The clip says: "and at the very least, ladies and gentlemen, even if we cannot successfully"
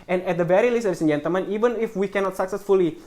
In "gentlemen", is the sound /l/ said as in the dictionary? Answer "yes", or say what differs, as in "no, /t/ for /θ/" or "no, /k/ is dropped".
no, /l/ is dropped